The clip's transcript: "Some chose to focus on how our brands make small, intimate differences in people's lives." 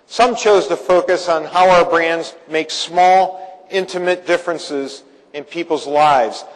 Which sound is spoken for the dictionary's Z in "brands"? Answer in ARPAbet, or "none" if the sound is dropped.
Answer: Z